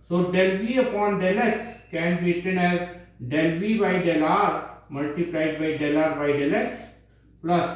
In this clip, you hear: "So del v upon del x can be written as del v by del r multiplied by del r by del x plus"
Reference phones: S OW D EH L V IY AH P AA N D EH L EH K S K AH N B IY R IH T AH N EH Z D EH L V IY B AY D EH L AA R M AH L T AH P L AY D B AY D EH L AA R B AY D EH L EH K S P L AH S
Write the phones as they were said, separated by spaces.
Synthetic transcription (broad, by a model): S OW D EH L V IY AH P AA N D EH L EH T S K AH N B IY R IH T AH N EH Z D EH L V IY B AY D EH L AA R M AH L T AH P L AY D B AY D EH L AA R B AY D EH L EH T S P L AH S